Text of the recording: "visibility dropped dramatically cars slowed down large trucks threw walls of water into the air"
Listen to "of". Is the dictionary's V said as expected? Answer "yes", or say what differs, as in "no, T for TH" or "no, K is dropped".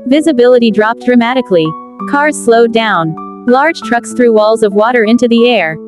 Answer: yes